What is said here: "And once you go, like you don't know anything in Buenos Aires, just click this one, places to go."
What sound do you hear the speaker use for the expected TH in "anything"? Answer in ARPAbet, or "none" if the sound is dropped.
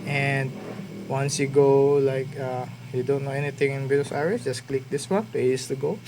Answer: T